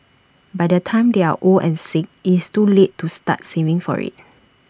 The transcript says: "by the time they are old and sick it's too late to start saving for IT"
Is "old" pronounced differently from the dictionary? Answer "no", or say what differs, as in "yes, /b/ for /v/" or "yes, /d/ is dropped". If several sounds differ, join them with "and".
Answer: yes, /d/ is dropped